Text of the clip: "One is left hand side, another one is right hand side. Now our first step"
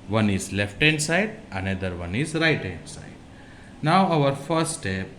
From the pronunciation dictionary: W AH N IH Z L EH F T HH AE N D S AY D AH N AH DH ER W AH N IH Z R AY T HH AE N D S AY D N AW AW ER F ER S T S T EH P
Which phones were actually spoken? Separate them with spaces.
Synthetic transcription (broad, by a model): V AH N IH Z L EH F T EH N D S AY D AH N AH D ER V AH N IH Z R AY T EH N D S AY D N AW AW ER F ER T S T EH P